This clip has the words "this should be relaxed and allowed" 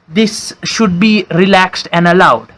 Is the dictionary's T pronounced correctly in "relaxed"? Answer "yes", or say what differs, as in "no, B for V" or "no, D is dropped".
yes